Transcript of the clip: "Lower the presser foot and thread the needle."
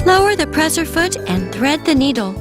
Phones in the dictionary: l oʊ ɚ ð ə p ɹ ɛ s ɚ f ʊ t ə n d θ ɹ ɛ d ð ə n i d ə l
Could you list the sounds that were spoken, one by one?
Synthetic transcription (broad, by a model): l oʊ ɚ ð ə p ɹ ɛ s ɚ f ʊ t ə n θ ɹ ɛ d ð ə n i d l